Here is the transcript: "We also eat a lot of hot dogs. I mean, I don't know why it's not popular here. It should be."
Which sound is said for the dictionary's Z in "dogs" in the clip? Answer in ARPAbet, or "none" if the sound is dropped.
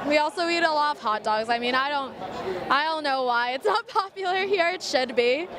Z